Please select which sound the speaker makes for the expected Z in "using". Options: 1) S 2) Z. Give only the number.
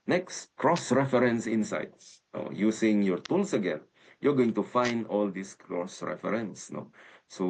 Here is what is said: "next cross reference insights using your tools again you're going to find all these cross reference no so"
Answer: 1